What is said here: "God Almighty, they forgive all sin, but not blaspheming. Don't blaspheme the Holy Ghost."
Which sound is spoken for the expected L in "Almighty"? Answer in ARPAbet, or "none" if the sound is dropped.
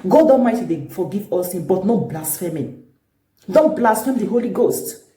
none